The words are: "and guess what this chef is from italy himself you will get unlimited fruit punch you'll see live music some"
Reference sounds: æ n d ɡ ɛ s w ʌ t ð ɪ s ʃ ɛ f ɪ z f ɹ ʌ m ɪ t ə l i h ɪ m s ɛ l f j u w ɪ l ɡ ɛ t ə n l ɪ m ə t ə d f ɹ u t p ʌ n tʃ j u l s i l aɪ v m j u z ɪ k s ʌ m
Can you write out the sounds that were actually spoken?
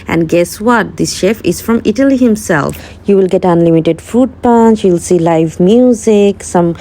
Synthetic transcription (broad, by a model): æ n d ɡ ɛ s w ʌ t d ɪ s ʃ ɛ f ɪ z f ɹ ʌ m ɪ t ə l i h ɪ m s ɛ l f j u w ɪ l ɡ ɛ t ə n l ɪ m ə t ə d f u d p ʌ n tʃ j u l s i l aɪ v m j u z ɪ k s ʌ m